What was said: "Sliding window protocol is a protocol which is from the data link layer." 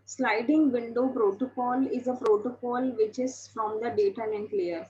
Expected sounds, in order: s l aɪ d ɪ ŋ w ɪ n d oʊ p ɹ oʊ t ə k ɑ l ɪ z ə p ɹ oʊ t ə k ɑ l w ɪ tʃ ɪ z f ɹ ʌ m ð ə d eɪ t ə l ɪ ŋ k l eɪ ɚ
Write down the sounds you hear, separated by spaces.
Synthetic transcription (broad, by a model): s l aɪ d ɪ ŋ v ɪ n d oʊ p ɹ oʊ t ə k ɑ l ɪ z ə p ɹ oʊ t ə k ɑ l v ɪ tʃ ɪ z f ɹ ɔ m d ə d eɪ t ə n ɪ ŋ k l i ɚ